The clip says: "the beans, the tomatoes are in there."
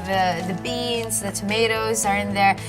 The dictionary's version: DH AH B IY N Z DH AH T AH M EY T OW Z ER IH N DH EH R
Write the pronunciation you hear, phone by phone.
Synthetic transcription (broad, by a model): DH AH B IY N Z DH AH T AH M EY T OW Z ER IH N DH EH R